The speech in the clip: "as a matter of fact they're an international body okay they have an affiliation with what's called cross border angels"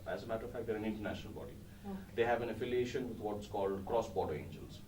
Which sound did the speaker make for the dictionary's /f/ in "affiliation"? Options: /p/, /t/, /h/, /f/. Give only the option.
/f/